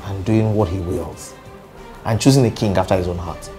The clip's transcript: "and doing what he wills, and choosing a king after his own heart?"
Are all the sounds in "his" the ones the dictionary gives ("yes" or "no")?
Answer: yes